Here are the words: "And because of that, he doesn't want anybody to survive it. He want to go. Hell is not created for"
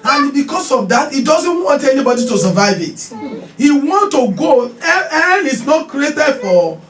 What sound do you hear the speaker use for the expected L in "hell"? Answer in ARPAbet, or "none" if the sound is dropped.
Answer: N